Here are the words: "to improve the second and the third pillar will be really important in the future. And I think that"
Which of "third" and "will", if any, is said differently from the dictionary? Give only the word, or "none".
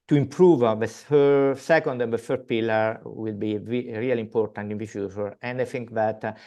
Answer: third